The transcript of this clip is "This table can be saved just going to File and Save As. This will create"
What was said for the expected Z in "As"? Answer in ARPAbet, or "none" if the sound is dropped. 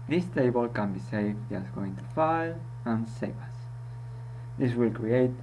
S